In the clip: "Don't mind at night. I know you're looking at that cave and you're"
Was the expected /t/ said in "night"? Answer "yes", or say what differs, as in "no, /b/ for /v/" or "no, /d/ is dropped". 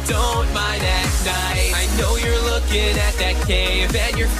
no, /t/ is dropped